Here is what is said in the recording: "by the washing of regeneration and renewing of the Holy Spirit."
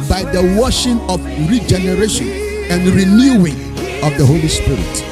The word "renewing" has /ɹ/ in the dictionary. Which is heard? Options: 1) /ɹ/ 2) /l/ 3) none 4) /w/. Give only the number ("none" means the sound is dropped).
1